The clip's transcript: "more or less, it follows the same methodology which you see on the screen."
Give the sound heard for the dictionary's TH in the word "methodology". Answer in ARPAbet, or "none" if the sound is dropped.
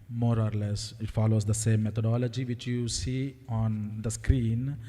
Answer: T